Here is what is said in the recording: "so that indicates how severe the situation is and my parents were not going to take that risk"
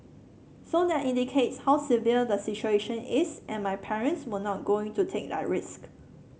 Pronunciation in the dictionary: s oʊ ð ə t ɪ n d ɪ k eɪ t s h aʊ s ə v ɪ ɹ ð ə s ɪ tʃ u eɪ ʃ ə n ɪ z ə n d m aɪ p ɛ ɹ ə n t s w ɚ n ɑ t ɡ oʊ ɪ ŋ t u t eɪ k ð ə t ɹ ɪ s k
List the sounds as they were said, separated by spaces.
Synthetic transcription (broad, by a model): s oʊ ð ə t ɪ n d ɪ k eɪ t s h aʊ s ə v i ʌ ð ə s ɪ tʃ u eɪ ʃ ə n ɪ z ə n m aɪ p ɛ ɹ ə n t s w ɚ n ɑ t ɡ oʊ ɪ ŋ t u t eɪ k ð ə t ɹ ɪ s k